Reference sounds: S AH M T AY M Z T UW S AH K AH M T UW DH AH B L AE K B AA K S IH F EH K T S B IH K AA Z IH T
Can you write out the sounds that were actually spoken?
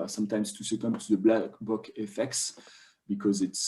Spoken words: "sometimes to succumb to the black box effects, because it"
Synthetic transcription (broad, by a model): S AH M T AY M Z T UW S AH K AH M T UW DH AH B L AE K B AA K IH F EH K T S B IH K AA Z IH T